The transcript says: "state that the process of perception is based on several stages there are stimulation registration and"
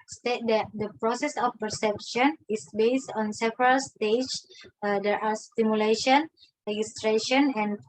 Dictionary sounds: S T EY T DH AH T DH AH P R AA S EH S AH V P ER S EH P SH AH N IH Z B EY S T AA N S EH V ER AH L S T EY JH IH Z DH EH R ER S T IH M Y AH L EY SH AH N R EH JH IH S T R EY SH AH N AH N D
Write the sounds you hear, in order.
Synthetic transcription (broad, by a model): S T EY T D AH T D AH P R AA S EH S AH F P ER S EH P SH AH N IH S B EY S T AA N S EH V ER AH L S T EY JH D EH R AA S T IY M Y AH L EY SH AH N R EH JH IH S T R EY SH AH N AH N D